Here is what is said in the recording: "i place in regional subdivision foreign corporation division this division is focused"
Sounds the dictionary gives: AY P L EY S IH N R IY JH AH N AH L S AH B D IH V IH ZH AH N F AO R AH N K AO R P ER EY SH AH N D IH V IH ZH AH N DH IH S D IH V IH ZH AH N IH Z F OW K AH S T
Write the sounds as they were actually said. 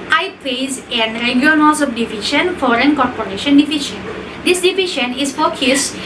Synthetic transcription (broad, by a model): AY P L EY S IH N R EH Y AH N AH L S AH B D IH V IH SH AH N F AO R AH N K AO R P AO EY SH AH N D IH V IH SH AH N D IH S D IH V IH SH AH N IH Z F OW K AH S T